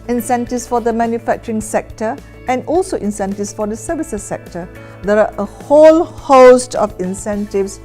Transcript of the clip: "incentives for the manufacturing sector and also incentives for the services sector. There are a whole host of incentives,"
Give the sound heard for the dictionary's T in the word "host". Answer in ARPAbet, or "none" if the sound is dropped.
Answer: T